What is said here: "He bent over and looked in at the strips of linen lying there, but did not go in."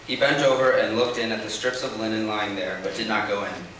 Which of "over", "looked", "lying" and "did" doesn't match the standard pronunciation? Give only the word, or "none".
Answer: none